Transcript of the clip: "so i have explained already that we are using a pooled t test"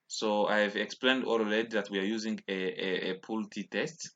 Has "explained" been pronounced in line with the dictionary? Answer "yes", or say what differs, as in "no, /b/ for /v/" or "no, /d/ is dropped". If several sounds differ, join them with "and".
yes